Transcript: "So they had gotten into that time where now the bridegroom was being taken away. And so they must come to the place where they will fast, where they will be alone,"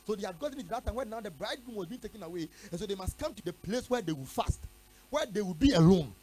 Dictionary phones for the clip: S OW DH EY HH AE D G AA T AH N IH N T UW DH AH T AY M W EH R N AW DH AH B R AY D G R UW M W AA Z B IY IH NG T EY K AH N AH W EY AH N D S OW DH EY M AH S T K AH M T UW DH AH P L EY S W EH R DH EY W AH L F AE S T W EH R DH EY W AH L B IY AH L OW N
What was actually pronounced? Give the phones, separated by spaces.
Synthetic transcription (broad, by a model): S OW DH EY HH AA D G AA T AH N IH T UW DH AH T AY M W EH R N AW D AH B R AY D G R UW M W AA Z B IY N T EY K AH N AH W EY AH N S OW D EY M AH S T K AH M T UW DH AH P L EY S W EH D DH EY W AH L F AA S T W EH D EY W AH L B IY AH L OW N